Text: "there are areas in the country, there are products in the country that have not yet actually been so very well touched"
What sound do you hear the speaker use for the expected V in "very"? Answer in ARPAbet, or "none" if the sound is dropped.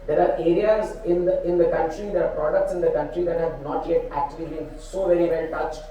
V